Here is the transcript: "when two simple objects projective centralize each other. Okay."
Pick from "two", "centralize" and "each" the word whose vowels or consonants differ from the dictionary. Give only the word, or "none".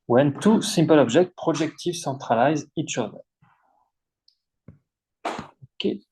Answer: centralize